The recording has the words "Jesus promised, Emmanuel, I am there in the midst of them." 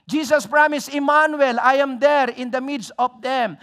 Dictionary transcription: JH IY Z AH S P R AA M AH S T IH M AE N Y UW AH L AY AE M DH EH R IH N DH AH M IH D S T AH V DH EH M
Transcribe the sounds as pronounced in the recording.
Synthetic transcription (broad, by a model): JH IY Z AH S P R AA M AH S IH M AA N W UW L AY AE M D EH R IH N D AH M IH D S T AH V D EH M